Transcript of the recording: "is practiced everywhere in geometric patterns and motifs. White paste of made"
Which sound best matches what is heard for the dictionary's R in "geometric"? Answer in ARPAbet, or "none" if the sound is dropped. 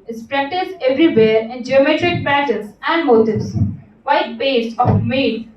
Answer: R